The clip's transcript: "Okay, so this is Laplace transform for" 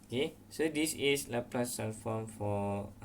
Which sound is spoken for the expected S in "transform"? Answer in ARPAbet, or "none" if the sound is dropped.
none